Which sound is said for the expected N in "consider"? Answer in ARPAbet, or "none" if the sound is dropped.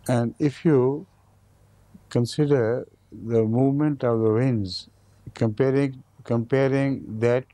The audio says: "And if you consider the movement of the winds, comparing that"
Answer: N